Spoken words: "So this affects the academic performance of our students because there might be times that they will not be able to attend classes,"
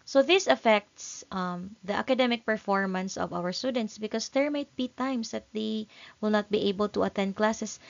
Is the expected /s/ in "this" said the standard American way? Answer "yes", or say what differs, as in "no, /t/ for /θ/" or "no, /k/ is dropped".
yes